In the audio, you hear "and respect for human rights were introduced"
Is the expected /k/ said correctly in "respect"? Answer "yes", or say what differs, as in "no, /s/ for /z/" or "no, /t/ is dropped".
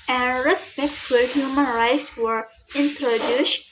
yes